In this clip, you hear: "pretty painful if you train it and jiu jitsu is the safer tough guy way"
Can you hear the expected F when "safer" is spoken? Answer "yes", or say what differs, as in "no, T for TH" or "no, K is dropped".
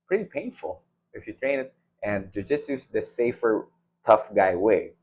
yes